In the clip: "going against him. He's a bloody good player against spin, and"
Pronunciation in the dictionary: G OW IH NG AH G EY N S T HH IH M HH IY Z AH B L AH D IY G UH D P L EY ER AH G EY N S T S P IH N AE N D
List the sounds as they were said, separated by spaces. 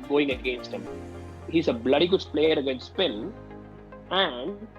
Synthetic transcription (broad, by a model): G OW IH NG AH G EY N S T HH IH M HH IY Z AH B L AH D IY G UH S P L EY ER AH G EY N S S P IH L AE N D